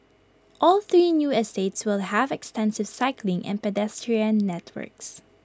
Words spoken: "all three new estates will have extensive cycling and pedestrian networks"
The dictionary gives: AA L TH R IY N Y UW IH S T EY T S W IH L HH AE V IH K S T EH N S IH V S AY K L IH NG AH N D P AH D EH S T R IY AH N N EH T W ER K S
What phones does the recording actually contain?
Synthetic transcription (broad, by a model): AA L TH R IY N Y UW IH S T EY T S W IH L HH AE V IH K S T EH N S IH V S AY K L IH NG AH N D P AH D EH S T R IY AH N N EH T W ER K S